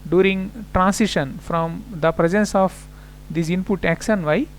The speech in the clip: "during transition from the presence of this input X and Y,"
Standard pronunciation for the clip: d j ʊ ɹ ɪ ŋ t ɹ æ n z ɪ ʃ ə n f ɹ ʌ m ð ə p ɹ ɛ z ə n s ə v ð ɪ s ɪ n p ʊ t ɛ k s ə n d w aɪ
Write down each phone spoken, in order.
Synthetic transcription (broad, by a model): d j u ɹ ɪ ŋ t ɹ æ n s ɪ ʃ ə n f ɹ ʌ m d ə p ɹ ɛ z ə n s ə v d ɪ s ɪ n p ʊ t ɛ k ʃ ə n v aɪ